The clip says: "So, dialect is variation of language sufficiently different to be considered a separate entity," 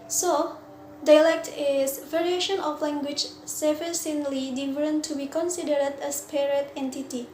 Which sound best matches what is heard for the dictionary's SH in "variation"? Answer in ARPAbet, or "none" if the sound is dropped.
SH